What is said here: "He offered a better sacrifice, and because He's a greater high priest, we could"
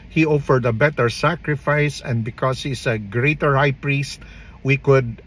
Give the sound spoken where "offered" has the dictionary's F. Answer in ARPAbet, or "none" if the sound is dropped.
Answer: F